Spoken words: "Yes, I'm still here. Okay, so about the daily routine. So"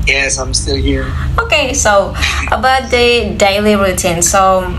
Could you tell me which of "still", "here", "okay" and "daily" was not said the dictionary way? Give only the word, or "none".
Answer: none